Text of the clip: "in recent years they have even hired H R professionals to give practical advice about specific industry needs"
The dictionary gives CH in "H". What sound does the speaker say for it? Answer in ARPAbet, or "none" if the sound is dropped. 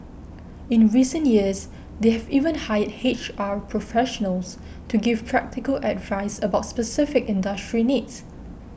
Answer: CH